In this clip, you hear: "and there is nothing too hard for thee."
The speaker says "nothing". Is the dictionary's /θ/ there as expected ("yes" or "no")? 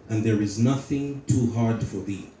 yes